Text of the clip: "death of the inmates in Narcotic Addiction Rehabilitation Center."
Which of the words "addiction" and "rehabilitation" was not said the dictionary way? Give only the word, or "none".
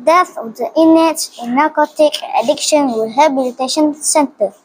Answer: rehabilitation